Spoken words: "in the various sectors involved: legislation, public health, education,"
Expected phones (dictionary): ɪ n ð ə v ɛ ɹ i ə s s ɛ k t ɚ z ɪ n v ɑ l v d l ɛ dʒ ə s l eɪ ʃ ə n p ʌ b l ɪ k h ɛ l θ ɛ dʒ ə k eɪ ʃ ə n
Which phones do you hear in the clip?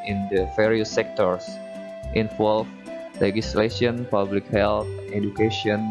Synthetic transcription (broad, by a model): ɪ n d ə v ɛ ɹ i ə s s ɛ k t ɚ s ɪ n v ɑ l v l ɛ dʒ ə s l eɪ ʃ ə n p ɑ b l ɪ k h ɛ l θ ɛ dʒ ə k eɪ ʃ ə n